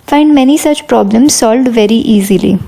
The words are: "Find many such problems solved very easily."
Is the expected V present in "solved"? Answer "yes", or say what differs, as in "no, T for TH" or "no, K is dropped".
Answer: yes